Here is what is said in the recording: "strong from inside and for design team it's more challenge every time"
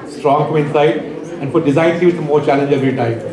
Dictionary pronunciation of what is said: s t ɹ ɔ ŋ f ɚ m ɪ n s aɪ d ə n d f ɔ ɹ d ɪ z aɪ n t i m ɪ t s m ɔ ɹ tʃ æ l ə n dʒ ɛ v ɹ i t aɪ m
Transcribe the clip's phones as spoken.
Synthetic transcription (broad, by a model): s t ɹ ɔ ŋ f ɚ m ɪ n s aɪ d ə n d f ɔ ɹ d ɪ z aɪ n s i ɪ m ɔ ɹ tʃ æ l ə n dʒ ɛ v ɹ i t aɪ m